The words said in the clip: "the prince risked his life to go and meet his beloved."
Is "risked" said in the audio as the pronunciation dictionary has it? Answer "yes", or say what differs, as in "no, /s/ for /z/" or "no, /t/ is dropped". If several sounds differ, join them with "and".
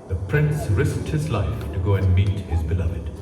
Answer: yes